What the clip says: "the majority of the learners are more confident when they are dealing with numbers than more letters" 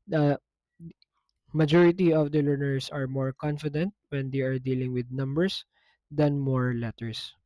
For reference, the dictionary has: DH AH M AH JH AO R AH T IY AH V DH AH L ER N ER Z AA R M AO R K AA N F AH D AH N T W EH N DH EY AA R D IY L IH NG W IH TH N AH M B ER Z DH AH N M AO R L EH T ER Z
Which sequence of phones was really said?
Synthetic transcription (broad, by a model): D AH M AH JH AO R AH T IY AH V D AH L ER N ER S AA R M AO R K AA N F AH D AH N T W EH N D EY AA R D IY L IH NG W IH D N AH M B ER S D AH N M AO R L EH T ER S